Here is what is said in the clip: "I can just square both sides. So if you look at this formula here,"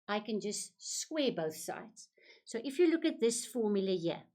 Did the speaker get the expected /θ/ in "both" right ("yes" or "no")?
yes